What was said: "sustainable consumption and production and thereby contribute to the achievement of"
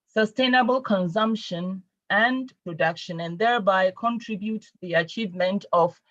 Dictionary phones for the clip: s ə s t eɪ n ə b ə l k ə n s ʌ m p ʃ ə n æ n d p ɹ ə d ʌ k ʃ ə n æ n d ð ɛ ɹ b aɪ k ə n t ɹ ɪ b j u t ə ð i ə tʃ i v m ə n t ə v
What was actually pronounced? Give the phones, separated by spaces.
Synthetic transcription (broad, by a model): s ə s t eɪ n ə b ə l k ə n s ʌ m p ʃ ə n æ n p ɹ ə d ʌ k ʃ ə n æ n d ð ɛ ɹ b aɪ k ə n t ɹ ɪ b j u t ð i ə tʃ i v m ə n t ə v